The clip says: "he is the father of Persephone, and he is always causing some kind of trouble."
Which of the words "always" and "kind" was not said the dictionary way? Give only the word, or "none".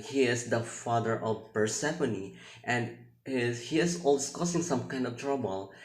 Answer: always